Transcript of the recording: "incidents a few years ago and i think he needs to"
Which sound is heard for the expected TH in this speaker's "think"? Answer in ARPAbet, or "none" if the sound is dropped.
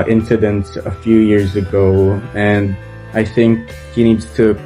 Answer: TH